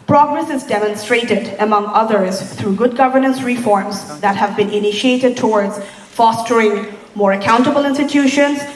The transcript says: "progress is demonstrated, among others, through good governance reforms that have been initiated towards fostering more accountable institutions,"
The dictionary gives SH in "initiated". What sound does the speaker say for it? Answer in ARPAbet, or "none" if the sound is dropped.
SH